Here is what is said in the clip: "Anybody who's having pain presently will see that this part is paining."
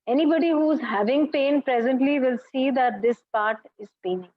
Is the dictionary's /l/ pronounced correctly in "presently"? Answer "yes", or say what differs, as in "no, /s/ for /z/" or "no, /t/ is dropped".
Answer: yes